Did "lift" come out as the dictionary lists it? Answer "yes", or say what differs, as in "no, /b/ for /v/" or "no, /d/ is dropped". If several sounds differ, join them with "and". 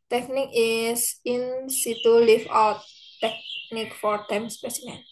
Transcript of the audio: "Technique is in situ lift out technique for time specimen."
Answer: no, /t/ is dropped